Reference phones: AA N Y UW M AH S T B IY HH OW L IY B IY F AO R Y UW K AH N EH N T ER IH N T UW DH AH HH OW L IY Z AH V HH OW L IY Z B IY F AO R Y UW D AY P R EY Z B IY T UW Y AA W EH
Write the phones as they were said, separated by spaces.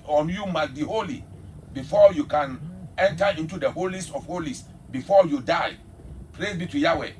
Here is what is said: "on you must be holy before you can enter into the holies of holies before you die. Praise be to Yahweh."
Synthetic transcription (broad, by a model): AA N Y UW M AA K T B IY HH OW L IY B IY F AO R Y UW K AH N EH N T ER IH N T UW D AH HH OW L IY S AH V HH OW L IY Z B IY F AO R Y UW D AY P R EY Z B IY T UW Y AA W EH